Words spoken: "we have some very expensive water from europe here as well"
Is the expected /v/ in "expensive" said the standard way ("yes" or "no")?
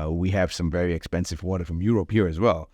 yes